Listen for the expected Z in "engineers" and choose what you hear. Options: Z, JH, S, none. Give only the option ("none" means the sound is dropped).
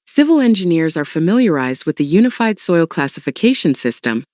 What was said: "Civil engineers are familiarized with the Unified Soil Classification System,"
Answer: Z